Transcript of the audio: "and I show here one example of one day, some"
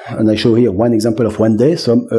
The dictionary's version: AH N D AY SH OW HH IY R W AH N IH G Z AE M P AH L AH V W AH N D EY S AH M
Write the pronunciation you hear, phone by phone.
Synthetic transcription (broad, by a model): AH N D AY SH OW HH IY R W AH N IH G Z AE M P AH L AH V W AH N D EY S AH M